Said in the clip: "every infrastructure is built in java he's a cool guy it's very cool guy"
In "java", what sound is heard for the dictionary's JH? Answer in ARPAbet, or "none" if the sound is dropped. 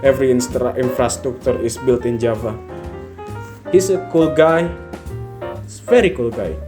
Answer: JH